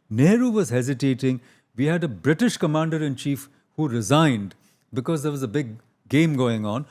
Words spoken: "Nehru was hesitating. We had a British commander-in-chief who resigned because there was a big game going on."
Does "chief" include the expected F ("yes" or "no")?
yes